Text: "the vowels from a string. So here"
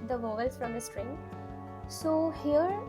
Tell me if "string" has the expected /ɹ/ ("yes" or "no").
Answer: yes